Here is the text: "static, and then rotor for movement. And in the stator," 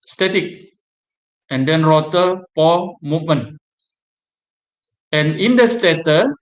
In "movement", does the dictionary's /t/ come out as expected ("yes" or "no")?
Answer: no